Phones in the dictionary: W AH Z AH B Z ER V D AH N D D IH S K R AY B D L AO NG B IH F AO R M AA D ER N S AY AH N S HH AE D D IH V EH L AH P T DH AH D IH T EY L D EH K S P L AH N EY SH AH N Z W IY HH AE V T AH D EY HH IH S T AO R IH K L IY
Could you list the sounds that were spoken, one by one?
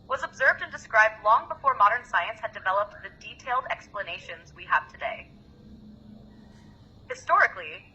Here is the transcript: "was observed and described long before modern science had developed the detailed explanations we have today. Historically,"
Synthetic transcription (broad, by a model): W AH Z AH B Z ER V D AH N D D IH S K R AY B D L AO NG B IH F AO R M AA D ER N S AY AH N S HH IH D D IH V EH L AH P T DH AH D IH T EY L D EH K S P L AH N EY SH AH N Z W IY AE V T AH D EY HH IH S T AO R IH K L IY